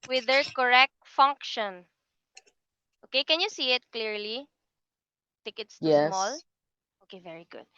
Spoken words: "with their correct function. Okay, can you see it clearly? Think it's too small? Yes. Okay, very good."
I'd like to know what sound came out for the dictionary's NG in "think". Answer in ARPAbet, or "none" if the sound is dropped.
none